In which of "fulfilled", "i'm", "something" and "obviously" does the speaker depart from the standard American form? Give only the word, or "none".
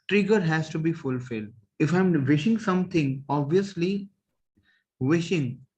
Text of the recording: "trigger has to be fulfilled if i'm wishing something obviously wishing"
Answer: something